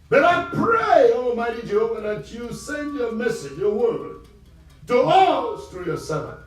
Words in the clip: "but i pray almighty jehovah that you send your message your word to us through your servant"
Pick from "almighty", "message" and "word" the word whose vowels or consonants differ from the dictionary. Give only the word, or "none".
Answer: none